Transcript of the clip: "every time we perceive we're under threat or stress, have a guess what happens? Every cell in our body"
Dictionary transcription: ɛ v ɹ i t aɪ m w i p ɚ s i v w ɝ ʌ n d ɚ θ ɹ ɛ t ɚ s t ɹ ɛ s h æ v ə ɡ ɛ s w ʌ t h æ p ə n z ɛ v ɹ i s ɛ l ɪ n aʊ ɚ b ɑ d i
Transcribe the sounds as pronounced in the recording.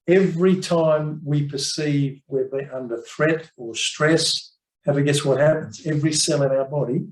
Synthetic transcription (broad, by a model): ɛ v ɹ i t aɪ m w i p ɚ s i v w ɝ ʌ n d ɚ θ ɹ ɛ t ɚ s t ɹ ɛ s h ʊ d ə ɡ ɛ s w ʌ t h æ p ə n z ɛ v ɹ i s ɛ l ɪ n aʊ ɚ b ɑ d i